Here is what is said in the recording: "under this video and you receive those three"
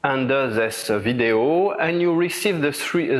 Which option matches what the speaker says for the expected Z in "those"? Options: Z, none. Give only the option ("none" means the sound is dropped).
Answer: none